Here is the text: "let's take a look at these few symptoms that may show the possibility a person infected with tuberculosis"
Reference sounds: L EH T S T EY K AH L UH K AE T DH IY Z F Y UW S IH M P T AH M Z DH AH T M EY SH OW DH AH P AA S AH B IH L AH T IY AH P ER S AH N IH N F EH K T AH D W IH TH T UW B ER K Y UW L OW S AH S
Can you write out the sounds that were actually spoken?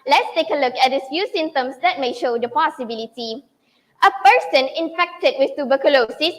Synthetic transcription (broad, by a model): L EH T S T EY K AH L UH K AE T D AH F Y UW S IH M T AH M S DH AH T M EY SH OW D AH P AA S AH B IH L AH T IY AH P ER S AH N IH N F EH K T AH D W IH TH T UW B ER K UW L OW S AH S